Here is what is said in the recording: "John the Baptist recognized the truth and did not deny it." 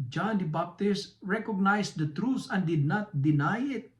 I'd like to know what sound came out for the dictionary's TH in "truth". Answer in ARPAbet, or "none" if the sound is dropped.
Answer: S